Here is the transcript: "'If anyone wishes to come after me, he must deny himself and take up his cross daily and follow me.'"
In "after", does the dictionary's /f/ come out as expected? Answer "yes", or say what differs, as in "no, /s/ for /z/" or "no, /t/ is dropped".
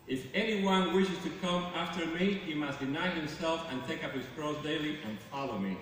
yes